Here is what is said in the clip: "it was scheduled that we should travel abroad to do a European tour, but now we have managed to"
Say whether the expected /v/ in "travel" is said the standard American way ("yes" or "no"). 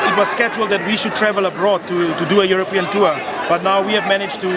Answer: yes